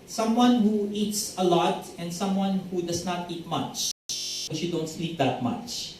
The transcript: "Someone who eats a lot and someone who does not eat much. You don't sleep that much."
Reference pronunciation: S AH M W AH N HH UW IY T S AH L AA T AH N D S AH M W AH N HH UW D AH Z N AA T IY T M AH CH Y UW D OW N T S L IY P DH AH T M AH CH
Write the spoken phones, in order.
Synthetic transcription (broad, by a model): S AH M W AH N HH UW IY T S AH L AA T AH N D S AH M W AH N HH UW D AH S N AA T IY T M AH CH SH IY D OW N T S L IY P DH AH T M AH CH